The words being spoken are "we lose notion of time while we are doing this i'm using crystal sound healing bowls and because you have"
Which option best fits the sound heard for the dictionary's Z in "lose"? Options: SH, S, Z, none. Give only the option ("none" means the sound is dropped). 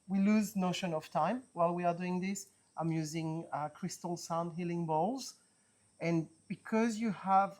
Z